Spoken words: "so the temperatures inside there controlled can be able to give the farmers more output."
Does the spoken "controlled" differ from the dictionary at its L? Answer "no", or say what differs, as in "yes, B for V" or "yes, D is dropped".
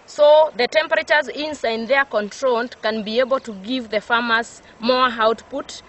yes, N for L